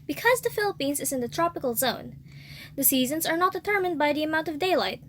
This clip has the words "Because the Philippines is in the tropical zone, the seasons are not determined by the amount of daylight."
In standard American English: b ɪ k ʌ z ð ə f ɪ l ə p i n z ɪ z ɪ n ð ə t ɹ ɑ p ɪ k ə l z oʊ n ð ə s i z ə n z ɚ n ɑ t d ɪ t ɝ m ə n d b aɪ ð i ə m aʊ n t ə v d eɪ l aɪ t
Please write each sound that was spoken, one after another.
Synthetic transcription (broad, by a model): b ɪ k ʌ z ð ə f ɪ l ə p i n z ɪ z ɪ n ð ə t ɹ ɑ p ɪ k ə l z oʊ n ð ə s i z ə n z ɚ n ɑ t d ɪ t ɝ m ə n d b aɪ ð i ə m aʊ n t ə v d eɪ l aɪ t